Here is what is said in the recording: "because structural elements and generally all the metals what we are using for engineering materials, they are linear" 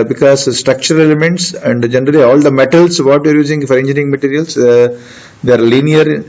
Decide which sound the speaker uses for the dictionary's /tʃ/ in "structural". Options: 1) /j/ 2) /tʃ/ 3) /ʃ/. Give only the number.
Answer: 2